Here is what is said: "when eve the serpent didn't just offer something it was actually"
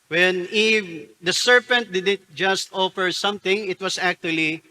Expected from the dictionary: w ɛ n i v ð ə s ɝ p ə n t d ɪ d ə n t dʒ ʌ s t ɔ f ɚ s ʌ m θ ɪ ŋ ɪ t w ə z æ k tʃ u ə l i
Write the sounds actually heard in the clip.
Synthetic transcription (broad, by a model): w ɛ n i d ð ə s ɝ p ə n t d ɪ d ə n t dʒ ʌ s t ɔ f ɚ s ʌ m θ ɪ ŋ ɪ t w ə s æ k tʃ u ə l i